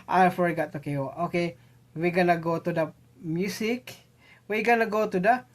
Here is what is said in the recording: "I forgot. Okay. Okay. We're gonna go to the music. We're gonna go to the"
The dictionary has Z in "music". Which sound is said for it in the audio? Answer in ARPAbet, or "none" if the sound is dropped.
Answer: S